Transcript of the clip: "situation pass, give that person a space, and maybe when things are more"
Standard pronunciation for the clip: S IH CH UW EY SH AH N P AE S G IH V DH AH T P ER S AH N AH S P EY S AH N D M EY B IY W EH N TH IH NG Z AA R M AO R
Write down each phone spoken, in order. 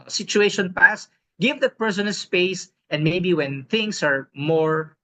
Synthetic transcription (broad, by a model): S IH CH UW EY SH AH N P AE S G IH V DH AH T P ER S AH N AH S P EY S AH N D M EY B IY W EH N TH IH NG S AA R M AO R